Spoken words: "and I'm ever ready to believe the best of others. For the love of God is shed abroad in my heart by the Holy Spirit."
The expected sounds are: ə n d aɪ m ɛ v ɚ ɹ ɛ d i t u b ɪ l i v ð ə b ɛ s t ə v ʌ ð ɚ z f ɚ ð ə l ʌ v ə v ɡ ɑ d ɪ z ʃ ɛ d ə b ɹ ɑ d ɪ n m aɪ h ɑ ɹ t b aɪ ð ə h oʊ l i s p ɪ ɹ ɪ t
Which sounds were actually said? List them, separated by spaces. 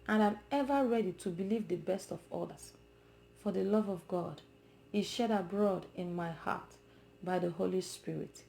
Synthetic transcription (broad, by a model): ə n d aɪ m ɛ v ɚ ɹ ɛ d i t u b ɪ l i v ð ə b ɛ s t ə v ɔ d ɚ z f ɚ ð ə l ʌ v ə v ɡ ɑ d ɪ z ʃ ɛ d ə b ɹ ɑ d ɪ n m aɪ h ɑ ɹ t b aɪ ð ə h oʊ l i s p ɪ ɹ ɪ t